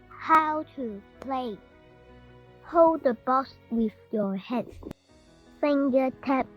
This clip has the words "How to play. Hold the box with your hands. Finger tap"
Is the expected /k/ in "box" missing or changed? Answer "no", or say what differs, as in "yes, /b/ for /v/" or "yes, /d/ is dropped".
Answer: yes, /k/ is dropped